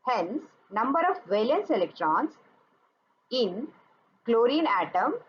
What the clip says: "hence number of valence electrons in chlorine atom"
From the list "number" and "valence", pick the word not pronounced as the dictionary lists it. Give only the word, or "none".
none